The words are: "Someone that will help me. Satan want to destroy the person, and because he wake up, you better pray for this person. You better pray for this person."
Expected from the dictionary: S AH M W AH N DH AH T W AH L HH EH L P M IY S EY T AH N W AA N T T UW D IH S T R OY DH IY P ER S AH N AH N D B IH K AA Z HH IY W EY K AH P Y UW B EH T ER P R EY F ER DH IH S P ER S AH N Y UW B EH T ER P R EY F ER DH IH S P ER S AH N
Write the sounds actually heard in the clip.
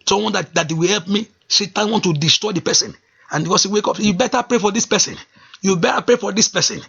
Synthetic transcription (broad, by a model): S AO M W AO N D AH T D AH W HH EH L P M IY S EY T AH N W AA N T T UW D IH S T R OY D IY P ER S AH N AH N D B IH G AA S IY W EY K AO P Y UW B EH T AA P R EY F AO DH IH S P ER S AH N Y UW B EH T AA P R EY F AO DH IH S P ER S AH N